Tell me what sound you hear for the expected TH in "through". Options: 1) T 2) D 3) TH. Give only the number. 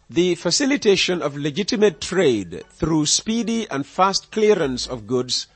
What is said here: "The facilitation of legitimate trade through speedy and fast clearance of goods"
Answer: 3